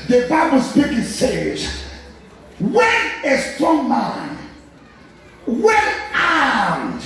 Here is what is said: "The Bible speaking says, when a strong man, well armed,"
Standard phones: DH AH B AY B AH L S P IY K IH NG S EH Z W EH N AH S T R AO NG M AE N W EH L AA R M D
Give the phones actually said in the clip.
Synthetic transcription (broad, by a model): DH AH B AY B AH L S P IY K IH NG S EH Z W EH N AH S T R AO NG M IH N W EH N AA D